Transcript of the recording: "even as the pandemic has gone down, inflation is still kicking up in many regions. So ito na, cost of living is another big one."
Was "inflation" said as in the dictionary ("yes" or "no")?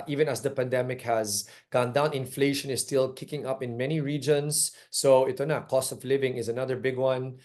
yes